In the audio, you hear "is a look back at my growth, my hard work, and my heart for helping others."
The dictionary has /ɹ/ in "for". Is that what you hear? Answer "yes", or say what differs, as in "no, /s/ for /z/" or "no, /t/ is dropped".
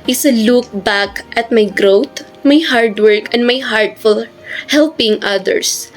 no, /l/ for /ɹ/